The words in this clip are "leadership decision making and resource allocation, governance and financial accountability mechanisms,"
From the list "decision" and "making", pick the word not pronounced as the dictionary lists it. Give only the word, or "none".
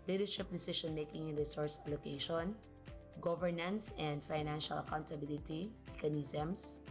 decision